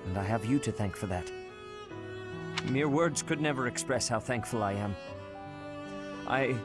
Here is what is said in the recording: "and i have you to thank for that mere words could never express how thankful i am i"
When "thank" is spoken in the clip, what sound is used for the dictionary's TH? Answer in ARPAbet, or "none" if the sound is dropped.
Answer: TH